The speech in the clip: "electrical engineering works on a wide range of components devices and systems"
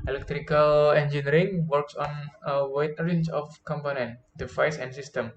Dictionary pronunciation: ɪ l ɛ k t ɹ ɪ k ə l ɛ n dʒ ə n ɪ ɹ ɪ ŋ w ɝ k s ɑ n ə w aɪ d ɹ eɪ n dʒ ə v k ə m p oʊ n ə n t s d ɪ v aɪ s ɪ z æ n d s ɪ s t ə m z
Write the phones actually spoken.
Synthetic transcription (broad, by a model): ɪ l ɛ k t ɹ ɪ k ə l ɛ n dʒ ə n ɹ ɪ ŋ w ɝ k s ɑ n ə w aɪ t ɹ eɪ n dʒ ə f k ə m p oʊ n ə n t d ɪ f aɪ s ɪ n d s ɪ s t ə m